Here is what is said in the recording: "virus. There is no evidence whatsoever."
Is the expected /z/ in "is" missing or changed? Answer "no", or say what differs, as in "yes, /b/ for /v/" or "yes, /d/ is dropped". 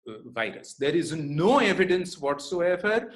no